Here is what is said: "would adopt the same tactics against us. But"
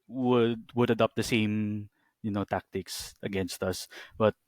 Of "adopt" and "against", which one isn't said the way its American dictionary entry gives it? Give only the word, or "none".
none